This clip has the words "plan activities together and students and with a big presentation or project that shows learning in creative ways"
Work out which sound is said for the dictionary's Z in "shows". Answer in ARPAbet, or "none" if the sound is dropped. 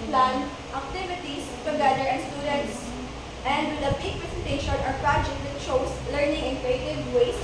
S